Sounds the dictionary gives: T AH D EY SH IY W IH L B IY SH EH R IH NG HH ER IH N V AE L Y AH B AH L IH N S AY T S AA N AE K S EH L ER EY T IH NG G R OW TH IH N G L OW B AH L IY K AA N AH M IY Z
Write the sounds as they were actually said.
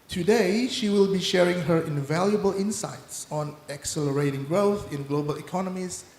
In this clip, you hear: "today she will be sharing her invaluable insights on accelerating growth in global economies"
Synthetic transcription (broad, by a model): T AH D EY SH IY W IH L B IY SH EH R IH NG HH ER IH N V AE L Y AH B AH L IH N S AY T S AA N AE K S EH L ER EY T IH NG G R OW TH IH N G L OW B AH L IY K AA N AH M IY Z